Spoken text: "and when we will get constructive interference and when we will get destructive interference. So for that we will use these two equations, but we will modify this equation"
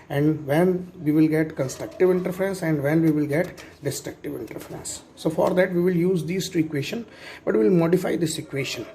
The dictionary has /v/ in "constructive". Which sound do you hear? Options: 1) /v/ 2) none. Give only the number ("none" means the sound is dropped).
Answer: 1